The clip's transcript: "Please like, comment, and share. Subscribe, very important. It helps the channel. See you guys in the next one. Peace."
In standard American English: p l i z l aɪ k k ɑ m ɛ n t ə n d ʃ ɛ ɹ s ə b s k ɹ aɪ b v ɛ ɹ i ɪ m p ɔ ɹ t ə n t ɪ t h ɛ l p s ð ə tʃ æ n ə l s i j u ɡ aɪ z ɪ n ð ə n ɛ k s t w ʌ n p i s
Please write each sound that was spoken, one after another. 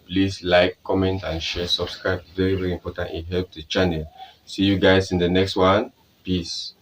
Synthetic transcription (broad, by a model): p l i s l aɪ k k ɑ m ɛ n t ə n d ʃ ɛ s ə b s k ɹ aɪ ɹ v ɛ ɹ i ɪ m p ɔ t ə n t ɪ t h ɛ l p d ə tʃ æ n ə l s i j u ɡ aɪ s ɪ n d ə n ɛ k s t w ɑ n p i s